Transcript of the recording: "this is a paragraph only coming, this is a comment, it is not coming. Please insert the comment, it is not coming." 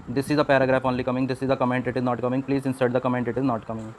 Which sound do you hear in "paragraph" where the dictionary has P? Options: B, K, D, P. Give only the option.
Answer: P